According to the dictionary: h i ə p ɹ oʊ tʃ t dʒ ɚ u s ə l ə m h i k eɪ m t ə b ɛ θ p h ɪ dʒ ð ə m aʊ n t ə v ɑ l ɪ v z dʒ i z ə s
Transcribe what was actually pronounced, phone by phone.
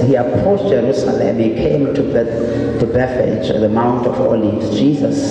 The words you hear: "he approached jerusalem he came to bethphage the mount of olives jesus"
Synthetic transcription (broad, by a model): h i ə p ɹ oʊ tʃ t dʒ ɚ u s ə l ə m h i k eɪ m t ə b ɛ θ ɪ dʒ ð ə m aʊ n t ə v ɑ l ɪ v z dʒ i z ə s